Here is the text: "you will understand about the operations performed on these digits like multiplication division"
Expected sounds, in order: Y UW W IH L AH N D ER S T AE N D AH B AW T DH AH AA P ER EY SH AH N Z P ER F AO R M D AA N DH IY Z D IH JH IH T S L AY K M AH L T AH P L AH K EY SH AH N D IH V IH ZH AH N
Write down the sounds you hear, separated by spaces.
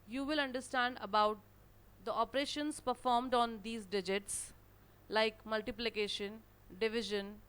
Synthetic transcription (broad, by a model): Y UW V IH L AH N D ER S T AE N D AH B AW T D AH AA P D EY SH AH N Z P ER F AO R M D AA N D IY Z D IH JH IH T S L AY K M AH L T AH P L AH K EY SH AH N D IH V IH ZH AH N